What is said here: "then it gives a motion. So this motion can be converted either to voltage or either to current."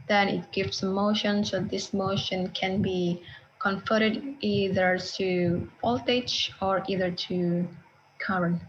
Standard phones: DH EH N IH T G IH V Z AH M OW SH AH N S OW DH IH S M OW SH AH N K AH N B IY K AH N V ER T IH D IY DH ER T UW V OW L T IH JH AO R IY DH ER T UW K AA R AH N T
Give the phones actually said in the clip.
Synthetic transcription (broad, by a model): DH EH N IH T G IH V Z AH M OW SH AH N S OW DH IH S M OW SH AH N K AH N B IY K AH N F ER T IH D IY DH ER T UW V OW L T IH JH AO R IY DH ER T UW K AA R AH N